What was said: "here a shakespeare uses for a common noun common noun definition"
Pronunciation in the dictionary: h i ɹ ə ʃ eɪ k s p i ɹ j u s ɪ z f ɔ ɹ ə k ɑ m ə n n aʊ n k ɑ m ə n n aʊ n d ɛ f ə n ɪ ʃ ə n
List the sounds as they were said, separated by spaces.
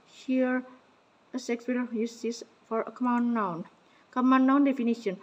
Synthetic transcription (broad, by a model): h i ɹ ə s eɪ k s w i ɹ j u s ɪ s f ɔ ɹ ə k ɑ m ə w n aʊ n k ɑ m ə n n aʊ n d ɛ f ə n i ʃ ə n